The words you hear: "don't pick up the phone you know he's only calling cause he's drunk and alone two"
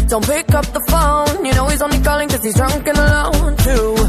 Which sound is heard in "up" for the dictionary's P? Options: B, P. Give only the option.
P